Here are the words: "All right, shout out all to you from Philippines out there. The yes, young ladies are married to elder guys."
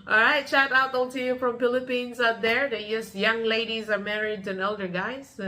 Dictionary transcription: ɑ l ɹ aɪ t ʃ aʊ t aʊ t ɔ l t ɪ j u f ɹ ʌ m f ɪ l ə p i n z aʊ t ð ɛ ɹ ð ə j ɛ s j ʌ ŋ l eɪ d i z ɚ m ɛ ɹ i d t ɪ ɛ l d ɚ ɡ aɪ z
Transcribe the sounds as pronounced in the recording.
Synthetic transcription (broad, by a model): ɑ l ɹ aɪ t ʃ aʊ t aʊ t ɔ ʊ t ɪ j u f ɹ ʌ m f ɪ l ə p i n z aʊ t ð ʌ ɹ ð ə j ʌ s j ʌ ŋ l eɪ d i z ɚ m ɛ ɹ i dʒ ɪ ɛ l d ɚ ɡ aɪ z